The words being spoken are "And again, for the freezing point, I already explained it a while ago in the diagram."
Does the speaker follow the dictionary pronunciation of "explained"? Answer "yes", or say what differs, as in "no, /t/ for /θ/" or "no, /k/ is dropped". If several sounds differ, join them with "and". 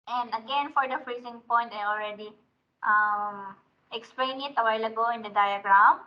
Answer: no, /d/ is dropped